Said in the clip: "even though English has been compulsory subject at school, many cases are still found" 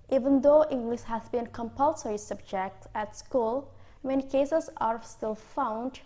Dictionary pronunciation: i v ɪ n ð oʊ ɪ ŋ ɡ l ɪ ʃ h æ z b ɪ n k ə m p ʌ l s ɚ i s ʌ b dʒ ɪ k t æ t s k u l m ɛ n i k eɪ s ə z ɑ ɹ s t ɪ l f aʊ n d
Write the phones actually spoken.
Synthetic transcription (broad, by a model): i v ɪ n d oʊ ɪ ŋ ɡ l ɪ ʃ h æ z b ɪ n k ə m p ʌ l s ɚ i s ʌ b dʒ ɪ k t æ t s k u l m ɛ n i k eɪ s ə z ɑ ɹ s t ɪ l f aʊ n d